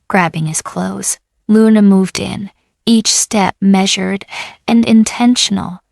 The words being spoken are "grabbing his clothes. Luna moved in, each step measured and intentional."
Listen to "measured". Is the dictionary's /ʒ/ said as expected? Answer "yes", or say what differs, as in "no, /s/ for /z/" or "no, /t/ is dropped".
yes